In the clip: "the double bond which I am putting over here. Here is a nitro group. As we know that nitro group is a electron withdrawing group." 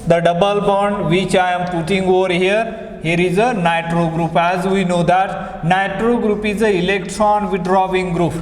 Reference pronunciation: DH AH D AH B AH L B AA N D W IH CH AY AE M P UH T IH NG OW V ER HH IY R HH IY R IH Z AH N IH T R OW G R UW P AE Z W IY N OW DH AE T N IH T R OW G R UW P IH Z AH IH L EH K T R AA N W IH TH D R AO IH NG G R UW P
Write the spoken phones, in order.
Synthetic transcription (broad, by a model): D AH D AH B AH L B AA N D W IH CH AY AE M P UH T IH NG OW V ER HH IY R HH IY R IH Z AH N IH T R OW G R UW P AE Z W IY N OW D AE T N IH T R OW G R UW P IH Z AH IH L EH K T R AA N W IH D R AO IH NG G R UW P